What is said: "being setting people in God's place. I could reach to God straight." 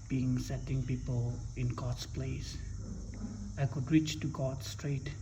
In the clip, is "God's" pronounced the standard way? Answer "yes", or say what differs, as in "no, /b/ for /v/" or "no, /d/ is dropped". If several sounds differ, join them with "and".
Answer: no, /s/ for /z/